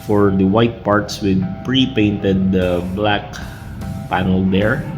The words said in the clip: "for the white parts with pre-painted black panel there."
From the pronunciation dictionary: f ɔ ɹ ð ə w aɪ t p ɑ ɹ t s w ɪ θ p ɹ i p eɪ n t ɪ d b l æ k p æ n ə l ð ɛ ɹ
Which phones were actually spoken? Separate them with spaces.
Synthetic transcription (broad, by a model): f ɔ ɹ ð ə w aɪ t p ɑ ɹ t s w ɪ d p ɹ i p eɪ n t ɪ d b l æ k p æ n ə l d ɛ ɹ